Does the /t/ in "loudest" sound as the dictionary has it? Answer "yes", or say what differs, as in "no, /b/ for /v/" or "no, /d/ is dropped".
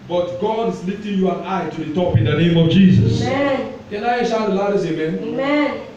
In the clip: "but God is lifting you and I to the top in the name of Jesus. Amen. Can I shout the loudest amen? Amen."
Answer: no, /t/ is dropped